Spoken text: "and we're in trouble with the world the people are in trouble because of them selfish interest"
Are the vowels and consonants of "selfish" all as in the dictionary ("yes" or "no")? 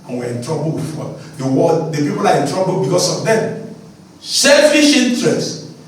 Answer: yes